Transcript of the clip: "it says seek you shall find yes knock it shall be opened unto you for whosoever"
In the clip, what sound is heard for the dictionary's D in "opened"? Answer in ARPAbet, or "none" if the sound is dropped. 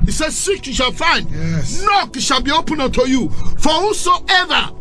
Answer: none